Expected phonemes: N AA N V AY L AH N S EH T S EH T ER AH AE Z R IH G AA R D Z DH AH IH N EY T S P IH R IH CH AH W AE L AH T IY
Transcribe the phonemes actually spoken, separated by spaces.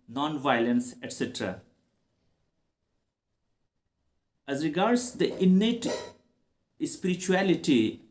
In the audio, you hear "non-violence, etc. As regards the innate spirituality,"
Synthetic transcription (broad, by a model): N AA N V AY L AH N S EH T S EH T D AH AE Z R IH G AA R D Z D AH IH N EY T S P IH R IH CH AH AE L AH T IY